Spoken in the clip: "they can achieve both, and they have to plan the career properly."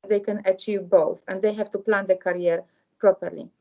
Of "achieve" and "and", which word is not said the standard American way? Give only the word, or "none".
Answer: none